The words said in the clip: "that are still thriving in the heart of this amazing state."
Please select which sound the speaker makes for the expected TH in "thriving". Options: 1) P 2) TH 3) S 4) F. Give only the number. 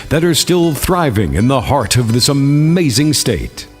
2